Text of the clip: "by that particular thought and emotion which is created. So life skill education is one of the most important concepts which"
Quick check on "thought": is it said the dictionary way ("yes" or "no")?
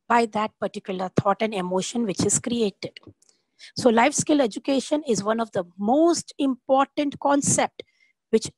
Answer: no